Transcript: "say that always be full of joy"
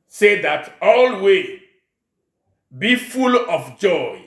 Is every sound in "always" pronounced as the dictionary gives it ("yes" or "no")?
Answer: no